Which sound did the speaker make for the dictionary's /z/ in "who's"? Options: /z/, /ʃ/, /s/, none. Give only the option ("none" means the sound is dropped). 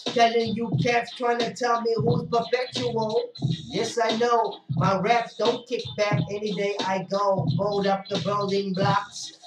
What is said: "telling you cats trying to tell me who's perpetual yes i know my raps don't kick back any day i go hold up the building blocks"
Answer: none